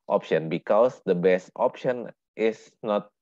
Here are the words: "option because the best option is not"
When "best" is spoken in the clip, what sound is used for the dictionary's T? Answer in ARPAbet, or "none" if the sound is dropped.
T